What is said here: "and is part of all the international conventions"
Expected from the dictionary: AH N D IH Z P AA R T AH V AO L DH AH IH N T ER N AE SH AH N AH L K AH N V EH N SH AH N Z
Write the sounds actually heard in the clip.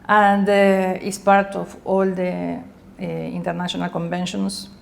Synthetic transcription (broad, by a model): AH N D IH S P AA R T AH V AO L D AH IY N T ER N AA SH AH N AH L K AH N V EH N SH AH N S